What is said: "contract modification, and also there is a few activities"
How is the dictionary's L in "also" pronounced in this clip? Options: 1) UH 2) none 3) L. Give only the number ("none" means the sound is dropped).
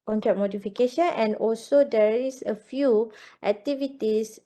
3